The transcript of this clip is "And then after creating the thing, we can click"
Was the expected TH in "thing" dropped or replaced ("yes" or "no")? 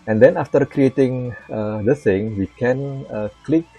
yes